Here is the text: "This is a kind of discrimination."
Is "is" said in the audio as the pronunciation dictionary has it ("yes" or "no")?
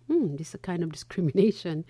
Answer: no